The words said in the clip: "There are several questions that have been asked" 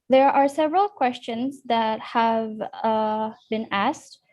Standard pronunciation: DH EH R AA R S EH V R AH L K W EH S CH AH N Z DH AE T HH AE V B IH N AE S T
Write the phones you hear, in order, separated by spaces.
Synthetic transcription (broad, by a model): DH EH R AA R S EH V R AH L K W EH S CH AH N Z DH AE T HH AE V B IH N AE S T